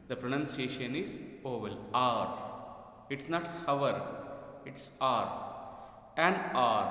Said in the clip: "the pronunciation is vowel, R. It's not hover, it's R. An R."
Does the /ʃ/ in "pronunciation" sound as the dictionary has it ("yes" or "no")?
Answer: yes